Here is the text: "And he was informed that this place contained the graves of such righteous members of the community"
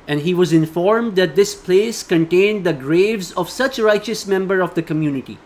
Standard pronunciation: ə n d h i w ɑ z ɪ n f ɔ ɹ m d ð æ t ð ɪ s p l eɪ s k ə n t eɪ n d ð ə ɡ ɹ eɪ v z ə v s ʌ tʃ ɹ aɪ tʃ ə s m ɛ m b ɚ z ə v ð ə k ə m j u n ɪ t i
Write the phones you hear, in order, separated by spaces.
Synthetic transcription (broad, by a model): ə n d h i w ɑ z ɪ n f ɔ ɹ m d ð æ t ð ɪ s p l eɪ s k ə n t eɪ n d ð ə ɡ ɹ eɪ v z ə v s ʌ tʃ ɹ aɪ tʃ ə s m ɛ m b ɚ ə v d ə k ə m j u n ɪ t i